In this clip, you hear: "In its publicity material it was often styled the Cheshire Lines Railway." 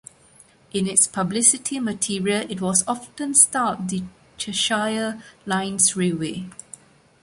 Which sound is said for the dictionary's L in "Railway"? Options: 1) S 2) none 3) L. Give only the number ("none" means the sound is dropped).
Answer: 2